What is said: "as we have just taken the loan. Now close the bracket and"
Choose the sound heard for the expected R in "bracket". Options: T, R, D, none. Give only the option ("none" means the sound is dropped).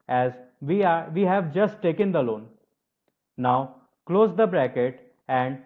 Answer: R